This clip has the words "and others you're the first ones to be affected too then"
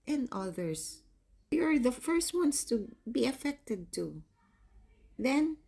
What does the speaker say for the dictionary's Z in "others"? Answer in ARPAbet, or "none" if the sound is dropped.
S